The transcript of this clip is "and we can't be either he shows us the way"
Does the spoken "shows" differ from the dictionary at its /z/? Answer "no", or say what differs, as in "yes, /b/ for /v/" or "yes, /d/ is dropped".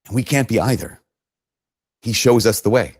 no